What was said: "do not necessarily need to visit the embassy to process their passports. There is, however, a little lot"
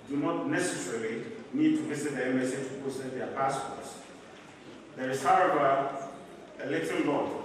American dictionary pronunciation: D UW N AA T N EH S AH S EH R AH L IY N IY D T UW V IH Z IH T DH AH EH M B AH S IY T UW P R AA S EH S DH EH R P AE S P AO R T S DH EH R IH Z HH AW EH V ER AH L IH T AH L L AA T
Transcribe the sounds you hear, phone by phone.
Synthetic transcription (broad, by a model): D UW N AA T N EH S AH S EH R AH L IY N IY D T UW V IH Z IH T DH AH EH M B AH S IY T UW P AA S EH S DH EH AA P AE S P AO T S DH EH R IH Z HH AW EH V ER AH L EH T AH N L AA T